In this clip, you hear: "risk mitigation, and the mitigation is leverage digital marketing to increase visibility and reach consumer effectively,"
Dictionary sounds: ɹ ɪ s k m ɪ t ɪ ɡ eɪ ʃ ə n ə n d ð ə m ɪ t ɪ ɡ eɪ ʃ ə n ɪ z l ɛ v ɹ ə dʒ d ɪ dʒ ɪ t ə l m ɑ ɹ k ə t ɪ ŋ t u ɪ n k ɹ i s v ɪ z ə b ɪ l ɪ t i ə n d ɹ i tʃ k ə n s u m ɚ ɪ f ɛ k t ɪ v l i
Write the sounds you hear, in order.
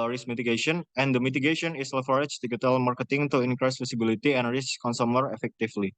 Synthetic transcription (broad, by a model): ɹ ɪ s m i t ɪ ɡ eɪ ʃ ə n ə n d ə m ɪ t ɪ ɡ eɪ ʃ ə n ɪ s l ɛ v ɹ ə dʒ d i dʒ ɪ t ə l m ɑ ɹ k ə t ɪ ŋ t u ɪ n k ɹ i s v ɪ s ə b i l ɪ t i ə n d ɹ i s k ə n s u m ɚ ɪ f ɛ k t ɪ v l i